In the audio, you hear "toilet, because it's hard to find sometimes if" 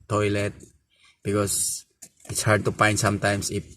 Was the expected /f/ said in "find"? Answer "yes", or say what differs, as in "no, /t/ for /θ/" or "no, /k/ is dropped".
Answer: no, /p/ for /f/